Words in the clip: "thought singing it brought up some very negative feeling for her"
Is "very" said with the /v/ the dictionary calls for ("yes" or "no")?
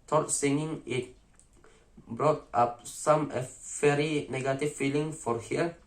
no